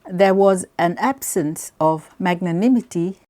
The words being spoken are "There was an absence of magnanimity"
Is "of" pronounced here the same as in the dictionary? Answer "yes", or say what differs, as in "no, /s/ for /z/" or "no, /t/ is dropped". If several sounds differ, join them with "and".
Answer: yes